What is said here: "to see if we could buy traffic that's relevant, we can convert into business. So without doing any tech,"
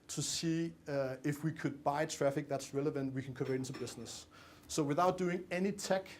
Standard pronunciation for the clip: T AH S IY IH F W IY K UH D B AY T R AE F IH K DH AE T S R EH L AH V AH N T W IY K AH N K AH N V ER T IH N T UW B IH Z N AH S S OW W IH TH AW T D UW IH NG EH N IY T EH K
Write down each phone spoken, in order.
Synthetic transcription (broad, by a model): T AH S IY IH F W IY K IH D B AY T R AE F IH K DH AE T S R EH L AH V AH N T W IY K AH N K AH V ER IH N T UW B IH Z N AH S S OW W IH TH AW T D UW IH NG EH N IY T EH K